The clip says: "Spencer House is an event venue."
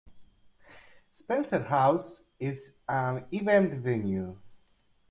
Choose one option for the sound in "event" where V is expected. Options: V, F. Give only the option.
V